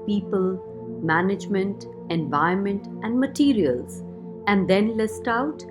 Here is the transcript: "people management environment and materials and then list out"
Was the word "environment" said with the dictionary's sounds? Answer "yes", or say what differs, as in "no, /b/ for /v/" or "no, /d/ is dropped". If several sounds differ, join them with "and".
no, /ɹ/ is dropped